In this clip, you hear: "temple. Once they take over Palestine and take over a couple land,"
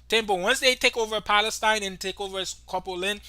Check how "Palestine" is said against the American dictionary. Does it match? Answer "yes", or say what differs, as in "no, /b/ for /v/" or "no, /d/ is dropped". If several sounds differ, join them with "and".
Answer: yes